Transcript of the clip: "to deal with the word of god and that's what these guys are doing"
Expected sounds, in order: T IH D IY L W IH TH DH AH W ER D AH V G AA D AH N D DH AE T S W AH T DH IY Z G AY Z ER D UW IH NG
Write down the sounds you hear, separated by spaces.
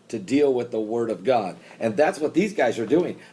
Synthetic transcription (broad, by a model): T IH D IY L W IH DH AH W ER D AH V G AA D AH N DH AE T S W AH T DH IY Z G AY Z ER D UW IH NG